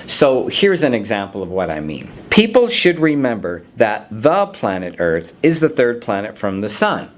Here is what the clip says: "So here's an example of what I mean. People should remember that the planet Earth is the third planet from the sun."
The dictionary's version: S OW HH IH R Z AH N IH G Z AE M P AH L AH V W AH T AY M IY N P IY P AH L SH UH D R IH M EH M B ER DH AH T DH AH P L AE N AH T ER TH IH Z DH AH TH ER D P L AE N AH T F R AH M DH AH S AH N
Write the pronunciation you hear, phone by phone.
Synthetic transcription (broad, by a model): S OW HH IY R Z AH N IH G Z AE M P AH L AH V W AH T AY M IY N P IY P L SH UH D R IH M EH M B ER DH AH T DH AH P L AE N AH T ER TH IH Z DH AH TH ER D P L AE N AH T F R AH M DH AH S AH N